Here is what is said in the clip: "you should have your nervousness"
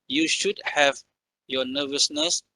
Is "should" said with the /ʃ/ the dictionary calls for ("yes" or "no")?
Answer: yes